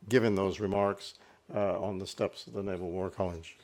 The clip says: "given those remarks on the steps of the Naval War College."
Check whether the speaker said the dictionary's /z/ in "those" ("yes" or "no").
yes